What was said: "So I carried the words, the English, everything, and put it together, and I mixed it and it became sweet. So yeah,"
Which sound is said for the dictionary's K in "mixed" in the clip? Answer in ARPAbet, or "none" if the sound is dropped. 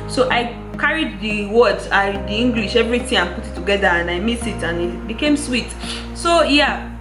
none